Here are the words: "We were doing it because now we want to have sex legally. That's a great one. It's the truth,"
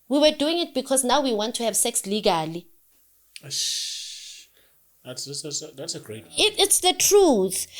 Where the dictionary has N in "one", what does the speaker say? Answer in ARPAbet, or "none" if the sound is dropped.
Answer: none